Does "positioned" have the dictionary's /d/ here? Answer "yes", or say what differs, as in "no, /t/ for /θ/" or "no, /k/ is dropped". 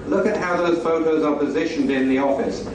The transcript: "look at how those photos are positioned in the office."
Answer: yes